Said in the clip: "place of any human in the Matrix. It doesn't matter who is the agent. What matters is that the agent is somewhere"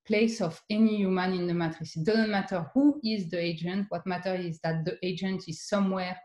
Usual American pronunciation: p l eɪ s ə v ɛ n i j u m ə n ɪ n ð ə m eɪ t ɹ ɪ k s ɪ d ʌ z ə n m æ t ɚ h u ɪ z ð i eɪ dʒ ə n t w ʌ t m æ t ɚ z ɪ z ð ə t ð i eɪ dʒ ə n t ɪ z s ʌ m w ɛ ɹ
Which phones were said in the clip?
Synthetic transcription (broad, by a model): p l eɪ s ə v ɛ n i j u m ə n ɪ n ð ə m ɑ t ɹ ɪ s d ʌ z ə n m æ t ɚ h u ɪ z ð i eɪ dʒ ə n t w ʌ t m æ t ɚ ɪ z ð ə t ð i eɪ dʒ ə n t ɪ z s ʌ m w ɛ